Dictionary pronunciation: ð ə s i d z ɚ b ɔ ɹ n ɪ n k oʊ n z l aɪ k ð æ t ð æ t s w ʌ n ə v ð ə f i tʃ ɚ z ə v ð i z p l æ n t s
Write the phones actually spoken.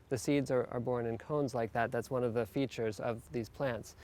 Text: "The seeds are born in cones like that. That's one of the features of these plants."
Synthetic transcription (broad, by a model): ð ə s i d z ɚ b ɔ ɹ n ɪ n k oʊ n z l aɪ k ð æ t ð æ t s w ʌ n ə v ð ə f i tʃ ɚ z ə v ð i z p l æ n t s